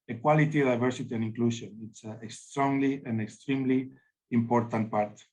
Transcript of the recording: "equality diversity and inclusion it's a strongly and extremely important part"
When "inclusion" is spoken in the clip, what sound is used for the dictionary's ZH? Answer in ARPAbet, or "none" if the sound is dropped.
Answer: SH